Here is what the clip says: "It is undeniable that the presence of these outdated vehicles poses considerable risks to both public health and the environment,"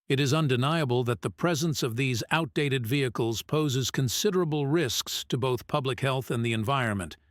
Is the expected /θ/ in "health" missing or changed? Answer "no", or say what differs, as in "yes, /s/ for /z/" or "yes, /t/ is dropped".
no